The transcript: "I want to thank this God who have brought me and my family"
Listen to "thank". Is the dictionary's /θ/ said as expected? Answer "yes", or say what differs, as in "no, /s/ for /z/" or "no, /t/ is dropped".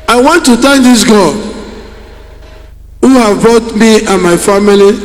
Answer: no, /t/ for /θ/